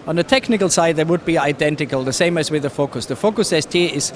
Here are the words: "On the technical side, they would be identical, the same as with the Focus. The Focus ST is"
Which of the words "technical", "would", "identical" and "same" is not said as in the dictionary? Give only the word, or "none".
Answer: none